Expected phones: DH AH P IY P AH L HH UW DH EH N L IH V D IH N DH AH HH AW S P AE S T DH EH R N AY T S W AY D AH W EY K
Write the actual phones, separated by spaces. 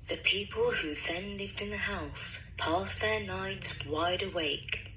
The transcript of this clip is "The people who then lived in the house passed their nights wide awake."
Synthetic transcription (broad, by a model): DH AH P IY P AH L HH UW DH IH N L IH V D IH N DH AH HH AW S P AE S DH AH R N AY T S W AY D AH W EY K